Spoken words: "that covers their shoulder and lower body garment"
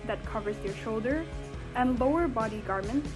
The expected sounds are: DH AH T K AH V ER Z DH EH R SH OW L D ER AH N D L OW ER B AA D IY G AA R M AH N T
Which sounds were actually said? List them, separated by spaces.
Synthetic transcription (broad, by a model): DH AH T K AH V ER Z DH EH R SH OW L D ER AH N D L OW ER B AA D IY G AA R M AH N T